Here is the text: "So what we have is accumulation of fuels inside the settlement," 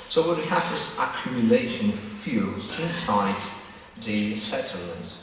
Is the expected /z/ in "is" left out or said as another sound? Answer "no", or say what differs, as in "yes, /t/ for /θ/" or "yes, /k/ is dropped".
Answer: yes, /s/ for /z/